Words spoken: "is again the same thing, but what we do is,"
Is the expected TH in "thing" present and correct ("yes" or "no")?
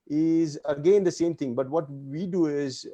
no